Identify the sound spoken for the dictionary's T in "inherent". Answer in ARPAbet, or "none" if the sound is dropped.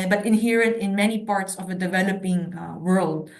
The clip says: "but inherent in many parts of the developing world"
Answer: T